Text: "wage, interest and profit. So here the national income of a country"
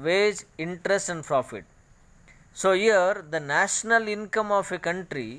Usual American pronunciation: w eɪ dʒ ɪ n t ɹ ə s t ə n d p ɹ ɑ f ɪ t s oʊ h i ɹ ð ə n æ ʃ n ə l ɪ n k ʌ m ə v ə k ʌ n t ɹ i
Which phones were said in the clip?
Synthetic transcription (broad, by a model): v eɪ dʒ ɪ n t ɹ ə s t ə n d p ɹ ɑ f ɪ t s oʊ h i ɹ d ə n æ ʃ n ə l ɪ n k ʌ m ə f ə k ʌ n t ɹ i